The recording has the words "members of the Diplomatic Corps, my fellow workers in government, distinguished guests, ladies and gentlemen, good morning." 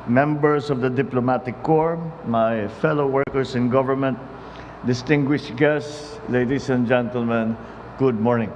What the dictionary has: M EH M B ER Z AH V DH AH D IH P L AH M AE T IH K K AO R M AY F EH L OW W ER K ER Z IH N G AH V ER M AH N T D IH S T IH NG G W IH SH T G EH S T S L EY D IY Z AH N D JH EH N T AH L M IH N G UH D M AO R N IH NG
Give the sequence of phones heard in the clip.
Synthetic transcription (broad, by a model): M EH M B ER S AH V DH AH D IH P L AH M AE T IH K K AO R M AY F EH L OW W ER K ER S IH N G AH V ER M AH N T D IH S T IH NG G W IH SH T G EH S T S L EY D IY S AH N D JH EH N T AH L M IH N G UH D M AO R N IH NG